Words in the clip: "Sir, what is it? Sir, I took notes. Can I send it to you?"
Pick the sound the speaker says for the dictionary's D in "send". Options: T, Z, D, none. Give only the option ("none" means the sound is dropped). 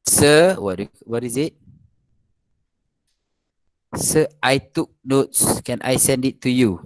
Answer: D